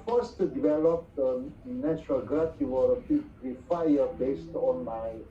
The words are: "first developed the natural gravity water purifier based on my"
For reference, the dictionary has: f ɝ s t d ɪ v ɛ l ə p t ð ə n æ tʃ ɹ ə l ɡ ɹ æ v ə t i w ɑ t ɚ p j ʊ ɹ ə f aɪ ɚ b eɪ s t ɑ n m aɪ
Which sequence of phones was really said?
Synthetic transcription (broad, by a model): f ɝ s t d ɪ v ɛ l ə p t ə n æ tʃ ɹ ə l ɡ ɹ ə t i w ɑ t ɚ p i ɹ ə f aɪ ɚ b eɪ s t ɑ n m aɪ